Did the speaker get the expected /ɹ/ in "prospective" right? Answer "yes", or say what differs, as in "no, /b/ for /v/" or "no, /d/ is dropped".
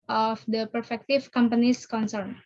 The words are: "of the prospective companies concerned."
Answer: no, /ɹ/ is dropped